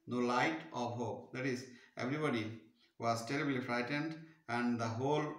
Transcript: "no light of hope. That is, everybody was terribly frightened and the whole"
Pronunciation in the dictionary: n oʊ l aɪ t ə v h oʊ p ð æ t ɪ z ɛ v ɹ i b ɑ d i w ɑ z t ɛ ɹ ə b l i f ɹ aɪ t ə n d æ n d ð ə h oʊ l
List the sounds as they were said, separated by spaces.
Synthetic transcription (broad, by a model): n oʊ l aɪ t ə v h oʊ p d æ t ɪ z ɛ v ɹ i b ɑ d i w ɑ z t ɛ ɹ ə b l i f ɹ aɪ t ə n d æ n d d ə h oʊ l